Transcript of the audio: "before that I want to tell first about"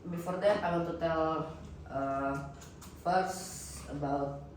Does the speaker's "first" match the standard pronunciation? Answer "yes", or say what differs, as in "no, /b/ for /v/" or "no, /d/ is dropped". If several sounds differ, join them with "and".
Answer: no, /t/ is dropped